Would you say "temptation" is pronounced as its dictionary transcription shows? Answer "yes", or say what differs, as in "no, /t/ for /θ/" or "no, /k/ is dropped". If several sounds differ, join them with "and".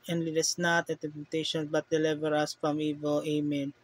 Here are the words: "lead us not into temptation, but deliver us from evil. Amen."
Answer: no, /m/ is dropped